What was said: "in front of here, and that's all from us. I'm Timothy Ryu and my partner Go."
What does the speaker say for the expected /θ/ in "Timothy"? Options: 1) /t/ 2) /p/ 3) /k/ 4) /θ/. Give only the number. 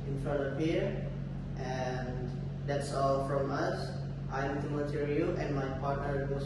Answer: 1